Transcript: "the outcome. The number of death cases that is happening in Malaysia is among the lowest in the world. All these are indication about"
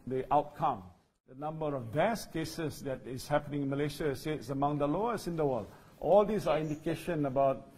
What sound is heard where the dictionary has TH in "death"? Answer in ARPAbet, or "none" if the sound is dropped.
S